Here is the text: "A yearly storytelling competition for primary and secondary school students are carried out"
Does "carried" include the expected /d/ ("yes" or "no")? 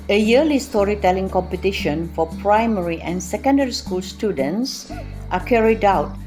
yes